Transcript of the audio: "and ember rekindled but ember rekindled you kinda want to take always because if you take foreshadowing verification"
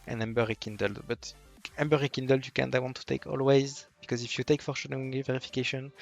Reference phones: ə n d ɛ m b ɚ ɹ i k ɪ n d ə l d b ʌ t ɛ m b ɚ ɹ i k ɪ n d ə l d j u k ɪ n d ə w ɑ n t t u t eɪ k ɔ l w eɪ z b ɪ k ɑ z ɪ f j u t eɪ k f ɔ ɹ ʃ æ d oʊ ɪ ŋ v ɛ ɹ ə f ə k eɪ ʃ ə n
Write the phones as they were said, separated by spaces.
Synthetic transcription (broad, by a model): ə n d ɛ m b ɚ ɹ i k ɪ n d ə l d b ʌ t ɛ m b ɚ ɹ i k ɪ n d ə l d j u k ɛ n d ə w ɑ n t t u t eɪ k ɔ l w eɪ z b ɪ k ɑ z ɪ f j u t eɪ k f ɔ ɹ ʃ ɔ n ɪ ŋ v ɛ ɹ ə f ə k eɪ ʃ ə n